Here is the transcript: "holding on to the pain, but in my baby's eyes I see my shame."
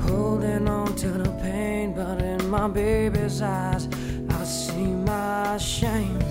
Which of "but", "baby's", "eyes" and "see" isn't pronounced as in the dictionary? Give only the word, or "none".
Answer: none